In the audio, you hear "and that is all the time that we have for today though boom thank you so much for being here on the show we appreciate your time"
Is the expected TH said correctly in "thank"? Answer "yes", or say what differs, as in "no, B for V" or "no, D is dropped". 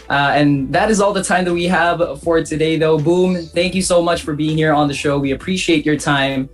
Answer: yes